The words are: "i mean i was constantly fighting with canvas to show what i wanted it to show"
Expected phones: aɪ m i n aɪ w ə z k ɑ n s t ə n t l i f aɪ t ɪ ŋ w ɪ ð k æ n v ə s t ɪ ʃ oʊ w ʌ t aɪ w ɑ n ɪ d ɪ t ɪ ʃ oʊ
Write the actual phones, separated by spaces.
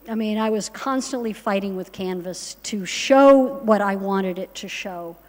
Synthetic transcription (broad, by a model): aɪ m i n aɪ w ə z k ɑ n s t ə n t l i f aɪ t ɪ ŋ w ɪ ð k æ n v ə s t ɪ ʃ oʊ w ʌ t aɪ w ɑ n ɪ d ɪ t ɪ ʃ oʊ